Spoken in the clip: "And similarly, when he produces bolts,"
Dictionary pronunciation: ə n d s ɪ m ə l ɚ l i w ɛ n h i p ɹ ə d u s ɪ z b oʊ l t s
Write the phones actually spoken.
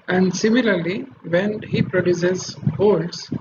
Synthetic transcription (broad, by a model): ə n d s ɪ m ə l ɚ l i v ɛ n h i p ɹ ə d u s ɪ z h oʊ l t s